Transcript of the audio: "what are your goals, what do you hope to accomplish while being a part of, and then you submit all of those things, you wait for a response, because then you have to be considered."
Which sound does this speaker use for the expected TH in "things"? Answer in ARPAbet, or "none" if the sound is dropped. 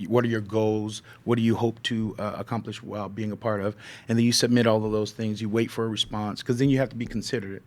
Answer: TH